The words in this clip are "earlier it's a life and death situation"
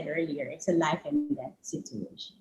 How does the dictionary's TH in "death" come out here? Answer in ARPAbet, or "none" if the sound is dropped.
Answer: T